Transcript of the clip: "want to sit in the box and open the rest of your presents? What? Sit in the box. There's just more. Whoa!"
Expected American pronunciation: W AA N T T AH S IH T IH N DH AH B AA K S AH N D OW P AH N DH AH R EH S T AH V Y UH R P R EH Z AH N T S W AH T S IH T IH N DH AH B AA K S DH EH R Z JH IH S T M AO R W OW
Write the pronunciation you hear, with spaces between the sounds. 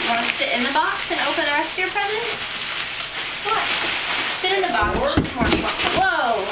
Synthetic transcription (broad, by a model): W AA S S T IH T IH N DH AH B AA K S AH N OW P AH N DH AH R EH S T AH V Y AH R P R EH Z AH T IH W AH T S IH T IH N DH AH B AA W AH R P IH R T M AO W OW